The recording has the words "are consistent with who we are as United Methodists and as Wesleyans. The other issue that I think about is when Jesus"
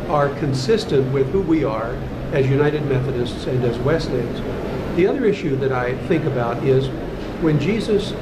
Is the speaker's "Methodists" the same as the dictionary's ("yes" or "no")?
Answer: yes